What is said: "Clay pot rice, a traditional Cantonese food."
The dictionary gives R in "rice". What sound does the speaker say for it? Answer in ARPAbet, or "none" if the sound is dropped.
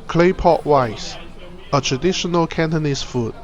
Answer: W